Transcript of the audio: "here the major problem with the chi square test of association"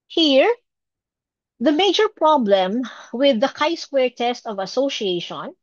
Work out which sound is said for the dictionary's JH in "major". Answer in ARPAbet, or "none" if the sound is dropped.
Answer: JH